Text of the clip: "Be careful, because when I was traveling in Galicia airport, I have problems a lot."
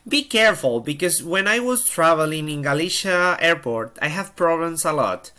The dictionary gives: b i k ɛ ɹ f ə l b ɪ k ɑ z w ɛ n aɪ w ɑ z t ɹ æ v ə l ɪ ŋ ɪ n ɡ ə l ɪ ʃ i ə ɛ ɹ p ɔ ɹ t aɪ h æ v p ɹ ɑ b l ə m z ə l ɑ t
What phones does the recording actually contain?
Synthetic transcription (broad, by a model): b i k ɛ ɹ f ə l b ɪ k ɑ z w ɛ n aɪ w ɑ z t ɹ æ v ə l ɪ ŋ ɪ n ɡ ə l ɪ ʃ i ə ɛ ɹ p ɔ ɹ t aɪ h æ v p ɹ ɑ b l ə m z ə l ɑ t